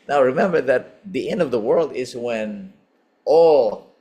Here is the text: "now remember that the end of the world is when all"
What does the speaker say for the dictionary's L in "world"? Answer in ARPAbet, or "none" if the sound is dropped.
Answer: L